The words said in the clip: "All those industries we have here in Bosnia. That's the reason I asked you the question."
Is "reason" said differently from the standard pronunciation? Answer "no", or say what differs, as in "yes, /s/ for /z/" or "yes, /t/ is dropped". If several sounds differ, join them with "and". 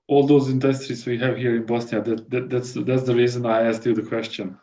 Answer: no